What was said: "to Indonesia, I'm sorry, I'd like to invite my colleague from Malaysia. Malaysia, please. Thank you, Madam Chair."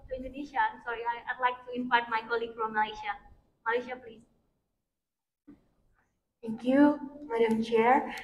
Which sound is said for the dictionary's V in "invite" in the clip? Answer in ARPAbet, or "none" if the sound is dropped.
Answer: P